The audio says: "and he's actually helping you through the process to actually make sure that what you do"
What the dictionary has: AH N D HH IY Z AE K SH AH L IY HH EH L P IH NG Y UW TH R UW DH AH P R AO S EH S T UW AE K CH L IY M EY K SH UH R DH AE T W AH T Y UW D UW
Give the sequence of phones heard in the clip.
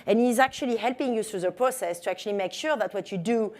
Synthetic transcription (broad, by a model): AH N HH IY Z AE K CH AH L IY HH EH L P IH NG Y UW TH R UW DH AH P R AO S EH S T UW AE K CH L IY M EY K SH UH R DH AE T W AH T Y UW D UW